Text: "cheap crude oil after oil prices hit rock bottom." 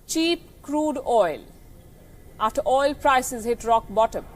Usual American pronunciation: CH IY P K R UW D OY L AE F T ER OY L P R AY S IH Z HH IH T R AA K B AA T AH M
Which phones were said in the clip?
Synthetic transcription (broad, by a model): CH IY P K R UW D OY L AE T OY L P R AY S IH Z HH IH T R AA K B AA T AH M